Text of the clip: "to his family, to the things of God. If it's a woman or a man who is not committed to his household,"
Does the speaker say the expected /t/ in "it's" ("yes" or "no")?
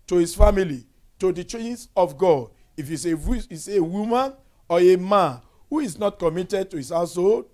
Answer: no